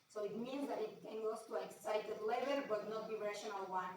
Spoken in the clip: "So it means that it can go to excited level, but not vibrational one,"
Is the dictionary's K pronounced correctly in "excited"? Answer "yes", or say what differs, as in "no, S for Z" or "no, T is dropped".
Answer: yes